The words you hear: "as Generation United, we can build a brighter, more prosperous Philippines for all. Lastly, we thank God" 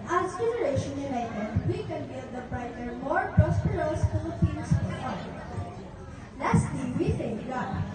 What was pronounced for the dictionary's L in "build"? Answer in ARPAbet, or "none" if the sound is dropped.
none